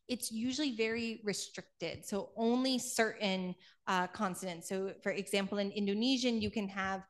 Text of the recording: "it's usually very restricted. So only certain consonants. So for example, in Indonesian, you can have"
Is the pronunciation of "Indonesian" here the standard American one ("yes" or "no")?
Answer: yes